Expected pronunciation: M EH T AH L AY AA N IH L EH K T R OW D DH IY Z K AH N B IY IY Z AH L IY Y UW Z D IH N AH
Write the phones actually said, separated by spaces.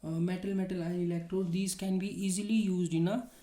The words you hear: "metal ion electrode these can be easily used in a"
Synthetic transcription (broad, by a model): M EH T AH L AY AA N IH L EH K T R OW D IY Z K AH N B IY IY Z AH L IY Y UW Z D IH N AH